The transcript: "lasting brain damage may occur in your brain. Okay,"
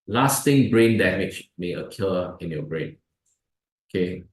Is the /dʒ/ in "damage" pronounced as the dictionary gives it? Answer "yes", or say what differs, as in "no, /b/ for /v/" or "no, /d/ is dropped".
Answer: no, /tʃ/ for /dʒ/